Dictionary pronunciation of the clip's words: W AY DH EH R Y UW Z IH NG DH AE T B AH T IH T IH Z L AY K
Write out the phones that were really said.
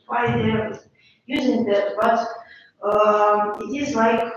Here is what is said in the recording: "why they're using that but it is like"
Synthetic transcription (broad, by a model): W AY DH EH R Y UW Z IH NG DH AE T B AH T IH T IH Z L AY K